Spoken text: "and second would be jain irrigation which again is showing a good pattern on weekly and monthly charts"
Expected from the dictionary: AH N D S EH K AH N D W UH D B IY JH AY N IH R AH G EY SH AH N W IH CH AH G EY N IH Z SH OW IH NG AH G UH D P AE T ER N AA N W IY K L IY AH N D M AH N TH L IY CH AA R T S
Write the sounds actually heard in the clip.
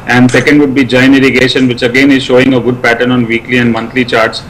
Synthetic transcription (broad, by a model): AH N D S EH K AH N D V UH D B IY JH AY N IH R AH G EY SH AH N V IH CH AH G EY N IH Z SH OW IH NG AH G UH D P AE T ER N AA N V IY K L IY AH N D M AH N T L IY CH AA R T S